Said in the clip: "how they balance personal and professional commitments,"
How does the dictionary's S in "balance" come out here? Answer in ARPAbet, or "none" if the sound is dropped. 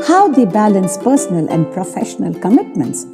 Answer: S